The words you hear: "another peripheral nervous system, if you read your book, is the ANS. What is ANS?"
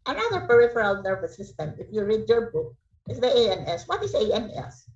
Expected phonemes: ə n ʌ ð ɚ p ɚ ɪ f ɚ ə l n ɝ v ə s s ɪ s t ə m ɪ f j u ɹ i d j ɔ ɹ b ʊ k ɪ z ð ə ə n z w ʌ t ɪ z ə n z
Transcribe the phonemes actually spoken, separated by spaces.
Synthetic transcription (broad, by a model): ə n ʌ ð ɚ p ɚ ɪ f ɚ ə l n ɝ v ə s s ɪ s t ə m ɪ f j u ɹ i d j ɔ ɹ b ʊ k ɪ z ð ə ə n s w ʌ t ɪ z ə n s